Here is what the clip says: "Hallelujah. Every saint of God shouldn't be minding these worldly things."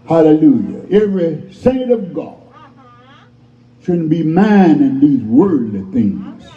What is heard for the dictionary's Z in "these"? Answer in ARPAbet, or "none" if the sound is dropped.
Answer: Z